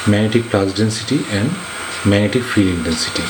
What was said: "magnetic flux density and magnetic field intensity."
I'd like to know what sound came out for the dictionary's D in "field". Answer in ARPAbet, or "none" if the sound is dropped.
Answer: none